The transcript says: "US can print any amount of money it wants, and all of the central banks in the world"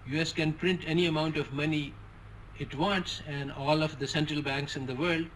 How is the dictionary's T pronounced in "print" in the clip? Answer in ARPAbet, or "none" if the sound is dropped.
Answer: T